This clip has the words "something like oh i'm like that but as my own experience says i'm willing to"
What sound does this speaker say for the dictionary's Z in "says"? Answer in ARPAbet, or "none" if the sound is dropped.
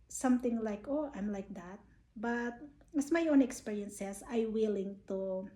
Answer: S